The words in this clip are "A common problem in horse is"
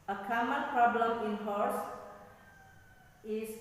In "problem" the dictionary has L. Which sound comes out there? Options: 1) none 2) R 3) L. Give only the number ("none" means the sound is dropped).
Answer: 3